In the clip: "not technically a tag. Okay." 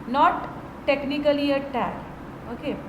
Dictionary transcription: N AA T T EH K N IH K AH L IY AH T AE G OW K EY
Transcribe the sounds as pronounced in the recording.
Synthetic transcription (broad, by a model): N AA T T EH K N IH K AH L IY AH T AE OW K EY